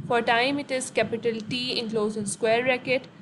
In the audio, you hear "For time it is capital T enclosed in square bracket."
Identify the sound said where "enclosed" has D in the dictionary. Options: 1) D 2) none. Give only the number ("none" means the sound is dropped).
2